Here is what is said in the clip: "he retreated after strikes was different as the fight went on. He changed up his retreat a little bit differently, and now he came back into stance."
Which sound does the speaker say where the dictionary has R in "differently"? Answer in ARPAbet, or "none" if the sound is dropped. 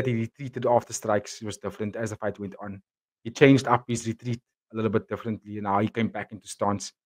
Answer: R